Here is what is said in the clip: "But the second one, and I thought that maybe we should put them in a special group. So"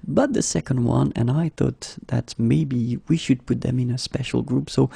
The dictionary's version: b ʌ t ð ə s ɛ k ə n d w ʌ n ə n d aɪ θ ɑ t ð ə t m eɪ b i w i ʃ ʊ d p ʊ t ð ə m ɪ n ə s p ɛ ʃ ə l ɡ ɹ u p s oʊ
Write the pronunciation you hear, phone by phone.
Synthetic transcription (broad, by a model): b ʌ t ð ə s ɛ k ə n d w ʌ n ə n aɪ θ ɑ t ð ə t m eɪ b i w i ʃ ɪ d p ʊ t ð ə m ɪ n ə s p ɛ ʃ l ɡ ɹ u p s oʊ